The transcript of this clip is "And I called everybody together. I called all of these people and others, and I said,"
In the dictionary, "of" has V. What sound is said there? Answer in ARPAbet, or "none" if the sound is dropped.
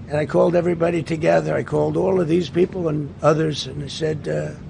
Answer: V